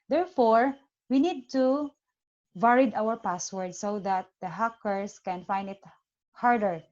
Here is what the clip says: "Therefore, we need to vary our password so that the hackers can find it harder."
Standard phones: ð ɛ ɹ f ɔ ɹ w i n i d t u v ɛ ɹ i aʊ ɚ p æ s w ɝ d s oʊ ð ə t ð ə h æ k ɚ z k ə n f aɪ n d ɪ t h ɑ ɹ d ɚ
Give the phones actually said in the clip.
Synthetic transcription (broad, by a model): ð ɛ ɹ f ɔ ɹ w i n i d t u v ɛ ɹ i aʊ ɚ p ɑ s w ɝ d s oʊ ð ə t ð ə h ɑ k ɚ s k ə n f aɪ n d ɪ t h ɑ ɹ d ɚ